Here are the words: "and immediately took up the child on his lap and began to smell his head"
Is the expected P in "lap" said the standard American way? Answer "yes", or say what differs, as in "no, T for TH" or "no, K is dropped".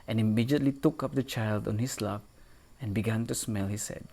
no, F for P